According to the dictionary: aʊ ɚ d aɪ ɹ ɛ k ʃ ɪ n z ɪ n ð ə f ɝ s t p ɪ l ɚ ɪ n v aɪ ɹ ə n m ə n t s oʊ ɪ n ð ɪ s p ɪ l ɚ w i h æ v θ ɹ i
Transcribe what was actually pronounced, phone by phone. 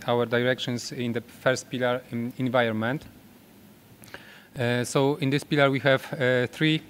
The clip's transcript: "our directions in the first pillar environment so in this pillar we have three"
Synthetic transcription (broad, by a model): aʊ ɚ d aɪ ɹ ɛ k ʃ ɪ n s ɪ n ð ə f ɝ s t p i l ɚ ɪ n v aɪ ə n m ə n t s oʊ ɪ n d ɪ s p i l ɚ w i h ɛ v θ ɹ i